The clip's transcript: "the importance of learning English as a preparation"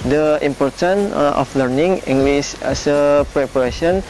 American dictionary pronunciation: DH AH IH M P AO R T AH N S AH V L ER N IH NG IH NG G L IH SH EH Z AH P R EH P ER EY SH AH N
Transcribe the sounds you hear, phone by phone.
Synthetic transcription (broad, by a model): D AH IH M P AO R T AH N AH F L ER N IH NG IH NG G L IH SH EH S AH P R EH P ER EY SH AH N